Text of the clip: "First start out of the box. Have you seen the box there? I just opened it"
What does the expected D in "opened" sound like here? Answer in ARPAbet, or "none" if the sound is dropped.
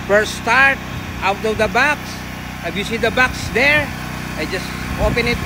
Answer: none